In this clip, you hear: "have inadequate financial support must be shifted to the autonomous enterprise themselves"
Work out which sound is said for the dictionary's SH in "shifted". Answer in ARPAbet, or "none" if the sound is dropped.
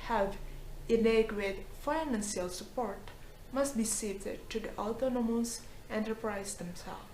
S